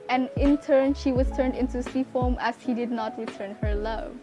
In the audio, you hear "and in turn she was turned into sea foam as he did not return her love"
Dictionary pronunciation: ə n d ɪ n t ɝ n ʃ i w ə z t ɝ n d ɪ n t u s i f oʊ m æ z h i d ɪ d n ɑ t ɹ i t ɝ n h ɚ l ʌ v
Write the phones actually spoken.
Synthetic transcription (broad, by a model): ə n ɪ n t ɝ n ʃ i w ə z t ɝ n d ɪ n t u s i f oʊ m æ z h i d ɪ d n ɑ t ɹ i t ɝ n h ɚ l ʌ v